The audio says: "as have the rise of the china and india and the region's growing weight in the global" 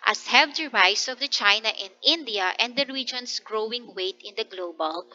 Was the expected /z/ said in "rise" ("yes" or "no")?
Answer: no